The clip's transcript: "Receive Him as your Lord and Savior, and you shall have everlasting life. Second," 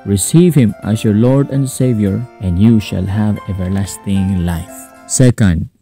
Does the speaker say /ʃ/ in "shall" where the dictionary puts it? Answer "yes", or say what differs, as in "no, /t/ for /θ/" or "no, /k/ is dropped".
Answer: yes